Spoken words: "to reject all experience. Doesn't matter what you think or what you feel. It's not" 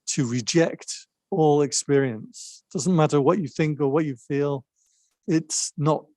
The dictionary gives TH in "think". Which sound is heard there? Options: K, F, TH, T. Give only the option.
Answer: TH